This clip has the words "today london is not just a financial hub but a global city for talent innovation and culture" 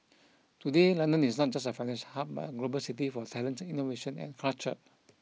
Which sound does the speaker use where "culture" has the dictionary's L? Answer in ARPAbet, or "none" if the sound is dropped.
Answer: none